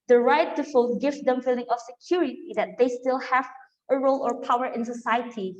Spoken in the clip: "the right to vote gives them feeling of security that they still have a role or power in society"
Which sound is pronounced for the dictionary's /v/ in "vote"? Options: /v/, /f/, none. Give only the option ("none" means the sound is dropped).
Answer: /f/